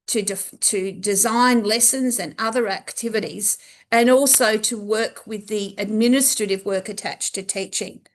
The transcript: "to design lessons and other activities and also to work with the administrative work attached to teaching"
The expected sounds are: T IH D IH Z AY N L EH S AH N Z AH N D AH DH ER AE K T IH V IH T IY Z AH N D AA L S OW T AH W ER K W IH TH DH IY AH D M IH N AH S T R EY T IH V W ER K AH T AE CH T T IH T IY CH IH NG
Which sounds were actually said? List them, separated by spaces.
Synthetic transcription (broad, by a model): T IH D IH Z AY N L EH S AH N Z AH N AH DH ER AE K T IH V IH T IY Z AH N AA L S OW T AH W ER K W IH DH IY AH D M IH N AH S T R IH T IH V W ER K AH T AE CH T T IH T IY CH IH NG